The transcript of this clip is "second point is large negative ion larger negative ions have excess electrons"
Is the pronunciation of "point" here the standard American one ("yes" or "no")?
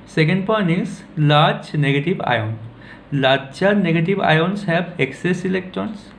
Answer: no